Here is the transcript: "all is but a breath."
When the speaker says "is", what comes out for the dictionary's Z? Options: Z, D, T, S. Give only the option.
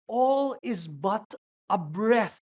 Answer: Z